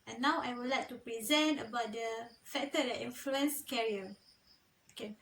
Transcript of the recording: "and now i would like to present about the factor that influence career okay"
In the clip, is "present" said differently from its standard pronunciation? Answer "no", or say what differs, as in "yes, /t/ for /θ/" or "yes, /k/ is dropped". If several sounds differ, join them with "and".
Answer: no